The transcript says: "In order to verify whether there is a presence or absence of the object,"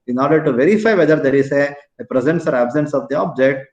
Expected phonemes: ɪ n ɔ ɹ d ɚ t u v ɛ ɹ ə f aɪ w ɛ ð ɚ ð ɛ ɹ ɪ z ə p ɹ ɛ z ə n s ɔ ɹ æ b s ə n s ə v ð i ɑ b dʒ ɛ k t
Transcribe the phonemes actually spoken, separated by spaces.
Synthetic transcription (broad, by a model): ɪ n ɔ ɹ d ɚ t u v ɛ ɹ ə f aɪ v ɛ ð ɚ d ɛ ɹ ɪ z ə p ɹ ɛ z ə n s ɔ ɹ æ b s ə n s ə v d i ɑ b dʒ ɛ k t